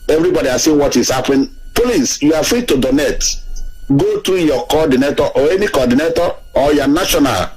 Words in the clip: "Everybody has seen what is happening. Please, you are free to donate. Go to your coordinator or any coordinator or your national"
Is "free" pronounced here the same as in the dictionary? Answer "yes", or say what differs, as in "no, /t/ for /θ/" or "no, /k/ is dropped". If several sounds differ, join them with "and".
yes